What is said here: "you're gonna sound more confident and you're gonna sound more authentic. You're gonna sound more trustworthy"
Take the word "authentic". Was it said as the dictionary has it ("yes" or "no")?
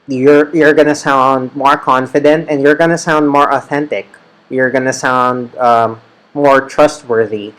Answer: yes